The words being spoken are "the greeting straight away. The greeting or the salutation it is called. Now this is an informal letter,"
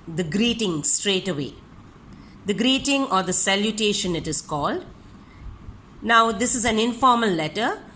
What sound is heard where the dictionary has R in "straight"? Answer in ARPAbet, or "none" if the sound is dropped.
R